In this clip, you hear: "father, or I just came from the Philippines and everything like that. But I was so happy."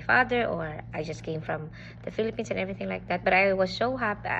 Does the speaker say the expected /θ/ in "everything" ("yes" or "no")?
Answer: yes